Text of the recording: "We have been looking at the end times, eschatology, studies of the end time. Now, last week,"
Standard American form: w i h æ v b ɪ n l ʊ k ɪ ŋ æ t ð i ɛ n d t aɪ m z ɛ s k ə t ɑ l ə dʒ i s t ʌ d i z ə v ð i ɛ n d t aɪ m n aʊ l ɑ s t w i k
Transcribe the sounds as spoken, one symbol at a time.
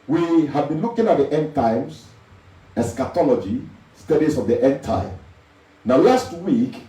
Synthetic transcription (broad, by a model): w i h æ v b ɪ n l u k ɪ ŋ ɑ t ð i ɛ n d t aɪ m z ɛ s k ə t ɑ l ə dʒ i s t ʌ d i s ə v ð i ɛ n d t aɪ m n aʊ l ɑ s t w i k